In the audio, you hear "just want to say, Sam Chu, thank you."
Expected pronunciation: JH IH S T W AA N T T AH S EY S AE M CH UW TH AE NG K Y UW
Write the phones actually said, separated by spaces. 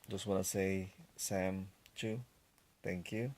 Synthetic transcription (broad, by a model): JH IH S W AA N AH S EY S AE M CH UW T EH NG K Y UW